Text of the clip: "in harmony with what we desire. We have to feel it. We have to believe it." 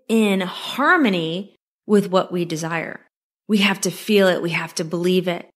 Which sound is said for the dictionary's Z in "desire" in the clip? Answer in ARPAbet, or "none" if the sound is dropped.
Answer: Z